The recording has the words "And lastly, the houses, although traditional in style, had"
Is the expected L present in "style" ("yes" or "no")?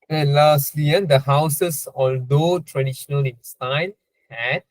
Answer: no